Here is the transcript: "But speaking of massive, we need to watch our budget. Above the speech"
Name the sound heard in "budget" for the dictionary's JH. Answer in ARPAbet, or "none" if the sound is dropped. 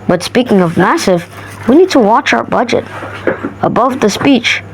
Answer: JH